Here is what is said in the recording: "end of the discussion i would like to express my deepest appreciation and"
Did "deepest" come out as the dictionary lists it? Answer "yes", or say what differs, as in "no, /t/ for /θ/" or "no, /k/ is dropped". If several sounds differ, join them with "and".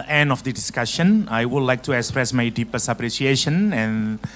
no, /t/ is dropped